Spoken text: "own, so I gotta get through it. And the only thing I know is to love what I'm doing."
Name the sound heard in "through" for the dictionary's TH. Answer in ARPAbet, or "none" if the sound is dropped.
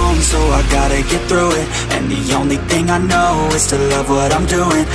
TH